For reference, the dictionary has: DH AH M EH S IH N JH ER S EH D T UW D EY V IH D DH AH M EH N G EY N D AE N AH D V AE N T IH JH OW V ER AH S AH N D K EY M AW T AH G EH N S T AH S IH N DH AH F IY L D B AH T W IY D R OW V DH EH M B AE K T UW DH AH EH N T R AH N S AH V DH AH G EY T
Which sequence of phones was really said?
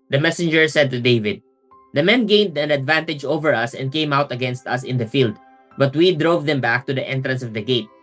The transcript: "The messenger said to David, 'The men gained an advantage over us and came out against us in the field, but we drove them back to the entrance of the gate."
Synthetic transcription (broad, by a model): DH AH M EH S IH N JH ER S EH D T UW D EY V IH D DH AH M EH N G EY N D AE N AH D V AE N T IH JH OW V ER AH S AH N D K EY M AW T AH G EH N S T AH S IH N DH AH F IY L D B AH T W IY D R OW V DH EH M B AE K T UW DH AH EH N T R AH N S AH V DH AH G EY T